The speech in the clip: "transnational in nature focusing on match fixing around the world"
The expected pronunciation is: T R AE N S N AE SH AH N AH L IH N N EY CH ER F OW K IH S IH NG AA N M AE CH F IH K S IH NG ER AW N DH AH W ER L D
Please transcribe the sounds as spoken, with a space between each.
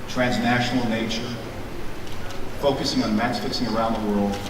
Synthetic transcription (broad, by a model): T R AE N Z N AE SH N L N N EY CH ER F OW K IH S IH NG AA N M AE S F IH K S IH NG ER AW N DH AH W ER L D